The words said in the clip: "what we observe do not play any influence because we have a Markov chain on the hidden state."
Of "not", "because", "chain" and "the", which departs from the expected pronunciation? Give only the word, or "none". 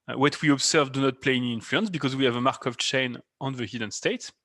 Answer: none